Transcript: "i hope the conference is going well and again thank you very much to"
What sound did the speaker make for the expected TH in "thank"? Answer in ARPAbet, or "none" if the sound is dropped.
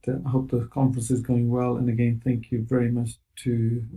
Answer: TH